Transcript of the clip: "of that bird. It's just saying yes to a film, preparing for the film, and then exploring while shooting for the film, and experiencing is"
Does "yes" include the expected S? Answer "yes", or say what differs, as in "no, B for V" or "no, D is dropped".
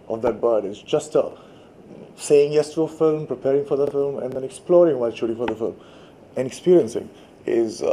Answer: yes